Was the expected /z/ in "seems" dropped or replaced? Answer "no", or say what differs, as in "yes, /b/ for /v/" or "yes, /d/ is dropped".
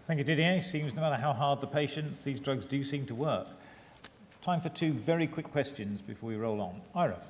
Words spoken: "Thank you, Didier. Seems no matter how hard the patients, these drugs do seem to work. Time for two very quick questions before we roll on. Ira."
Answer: no